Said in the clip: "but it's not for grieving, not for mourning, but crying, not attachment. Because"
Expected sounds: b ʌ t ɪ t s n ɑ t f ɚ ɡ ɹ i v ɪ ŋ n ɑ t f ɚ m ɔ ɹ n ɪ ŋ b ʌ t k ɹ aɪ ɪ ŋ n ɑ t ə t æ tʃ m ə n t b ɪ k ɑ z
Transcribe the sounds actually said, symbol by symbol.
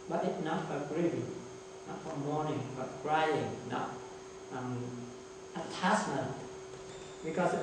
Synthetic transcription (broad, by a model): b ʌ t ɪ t n ɑ t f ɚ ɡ ɹ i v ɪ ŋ n ɑ t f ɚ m ɔ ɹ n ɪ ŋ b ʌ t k ɹ aɪ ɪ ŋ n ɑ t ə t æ s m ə n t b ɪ k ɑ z